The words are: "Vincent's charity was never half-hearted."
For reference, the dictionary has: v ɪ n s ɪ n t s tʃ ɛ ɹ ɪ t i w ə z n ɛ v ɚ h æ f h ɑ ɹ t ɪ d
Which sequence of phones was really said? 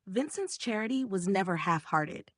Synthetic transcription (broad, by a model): v ɪ n s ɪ n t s tʃ ɛ ɹ ɪ t i w ə z n ɛ v ɚ h æ f h ɑ ɹ t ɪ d